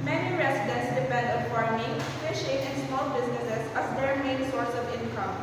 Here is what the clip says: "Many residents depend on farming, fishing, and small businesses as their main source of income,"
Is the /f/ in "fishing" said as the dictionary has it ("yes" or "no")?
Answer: no